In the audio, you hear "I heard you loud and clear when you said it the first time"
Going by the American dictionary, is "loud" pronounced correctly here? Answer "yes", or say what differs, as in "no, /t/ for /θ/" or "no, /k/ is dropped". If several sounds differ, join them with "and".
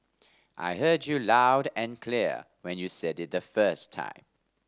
yes